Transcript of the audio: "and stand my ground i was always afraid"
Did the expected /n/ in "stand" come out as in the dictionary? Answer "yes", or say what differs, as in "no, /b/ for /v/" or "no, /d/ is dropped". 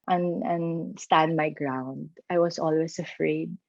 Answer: yes